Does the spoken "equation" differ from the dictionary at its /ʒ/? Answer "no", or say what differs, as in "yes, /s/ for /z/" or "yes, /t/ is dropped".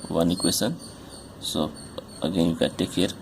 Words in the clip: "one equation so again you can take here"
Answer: yes, /s/ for /ʒ/